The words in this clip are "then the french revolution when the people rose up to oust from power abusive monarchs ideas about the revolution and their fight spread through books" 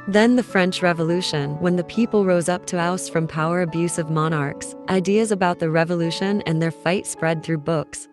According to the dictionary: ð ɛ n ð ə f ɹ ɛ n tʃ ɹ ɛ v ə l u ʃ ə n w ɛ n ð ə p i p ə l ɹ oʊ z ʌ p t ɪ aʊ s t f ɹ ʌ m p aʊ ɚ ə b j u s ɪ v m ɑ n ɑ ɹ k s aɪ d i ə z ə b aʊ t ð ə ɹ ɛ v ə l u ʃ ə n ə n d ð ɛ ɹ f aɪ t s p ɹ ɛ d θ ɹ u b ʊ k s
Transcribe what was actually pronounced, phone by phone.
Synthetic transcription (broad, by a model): ð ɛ n ð ə f ɹ ɛ n tʃ ɹ ɛ v ə l u ʃ ə n w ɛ n ð ə p i p l ɹ oʊ z ʌ p t ɪ aʊ s f ɹ ʌ m p aʊ ɚ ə b j u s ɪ v m ɑ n ɑ ɹ k s aɪ d i ə z ə b aʊ t ð ə ɹ ɛ v ə l u ʃ ə n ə n ð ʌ ɹ f aɪ t s p ɹ ɛ d θ ɹ u b ʊ k s